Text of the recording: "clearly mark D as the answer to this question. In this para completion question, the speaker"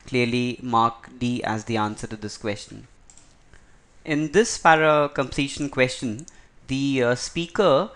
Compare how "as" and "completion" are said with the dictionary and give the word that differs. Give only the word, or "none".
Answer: none